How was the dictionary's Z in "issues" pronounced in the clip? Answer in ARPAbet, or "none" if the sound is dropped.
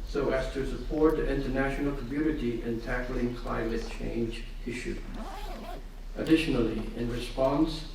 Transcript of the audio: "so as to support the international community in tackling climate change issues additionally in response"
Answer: none